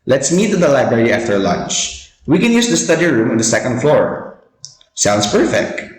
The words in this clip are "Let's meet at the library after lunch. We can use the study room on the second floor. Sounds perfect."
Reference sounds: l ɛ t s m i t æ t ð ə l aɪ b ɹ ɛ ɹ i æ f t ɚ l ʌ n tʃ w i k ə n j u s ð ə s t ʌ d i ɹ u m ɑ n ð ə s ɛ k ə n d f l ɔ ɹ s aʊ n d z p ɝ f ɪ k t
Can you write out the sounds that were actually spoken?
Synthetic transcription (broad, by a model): l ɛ t s m i t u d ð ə l aɪ b ɹ ɛ ɹ i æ f t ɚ l ʌ n tʃ w i k ə n j u s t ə s t ʌ d i ɹ u m ɑ n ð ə s ɛ k ə n d f l ɔ ɹ s aʊ n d s p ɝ f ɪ k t